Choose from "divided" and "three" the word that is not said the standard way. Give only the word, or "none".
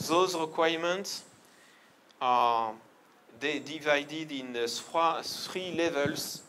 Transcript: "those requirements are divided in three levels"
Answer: three